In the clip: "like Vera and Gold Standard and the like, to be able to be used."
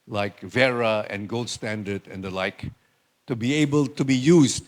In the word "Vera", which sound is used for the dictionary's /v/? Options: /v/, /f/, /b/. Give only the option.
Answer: /v/